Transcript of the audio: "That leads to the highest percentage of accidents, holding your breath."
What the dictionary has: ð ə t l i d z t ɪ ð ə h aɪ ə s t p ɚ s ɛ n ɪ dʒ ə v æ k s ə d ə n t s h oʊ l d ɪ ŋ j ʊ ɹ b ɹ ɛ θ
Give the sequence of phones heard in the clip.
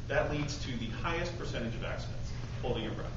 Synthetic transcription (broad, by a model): ð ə t l i d z t ɪ ð ə h aɪ ə s t p ɚ s ɛ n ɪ dʒ ə v æ k s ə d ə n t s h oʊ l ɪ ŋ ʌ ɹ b ɹ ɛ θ